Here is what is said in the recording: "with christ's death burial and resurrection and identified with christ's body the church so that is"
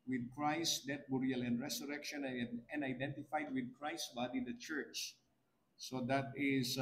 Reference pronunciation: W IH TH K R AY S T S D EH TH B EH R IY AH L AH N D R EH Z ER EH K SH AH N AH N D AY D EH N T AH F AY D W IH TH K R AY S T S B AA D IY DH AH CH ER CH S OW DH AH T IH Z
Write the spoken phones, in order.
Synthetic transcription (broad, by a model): W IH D K R AY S S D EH T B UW R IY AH L AH N D R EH S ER EH K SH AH N AH N D AY D EH N T AH F AY D W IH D K R AY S S B AA D IY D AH CH ER CH S OW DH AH T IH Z